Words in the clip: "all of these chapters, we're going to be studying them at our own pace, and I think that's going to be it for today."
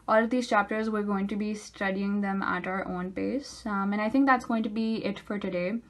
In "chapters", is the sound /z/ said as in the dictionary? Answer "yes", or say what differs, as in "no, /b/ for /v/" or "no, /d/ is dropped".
yes